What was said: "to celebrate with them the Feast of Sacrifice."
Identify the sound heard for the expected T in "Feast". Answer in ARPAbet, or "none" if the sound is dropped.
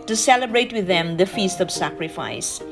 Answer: T